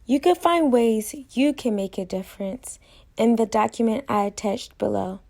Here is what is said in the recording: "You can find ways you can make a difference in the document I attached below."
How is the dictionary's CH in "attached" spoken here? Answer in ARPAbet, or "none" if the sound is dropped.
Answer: CH